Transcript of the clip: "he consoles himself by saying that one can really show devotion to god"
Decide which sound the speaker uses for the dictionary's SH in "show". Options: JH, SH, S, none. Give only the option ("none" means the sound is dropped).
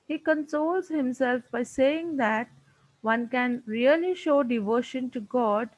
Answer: SH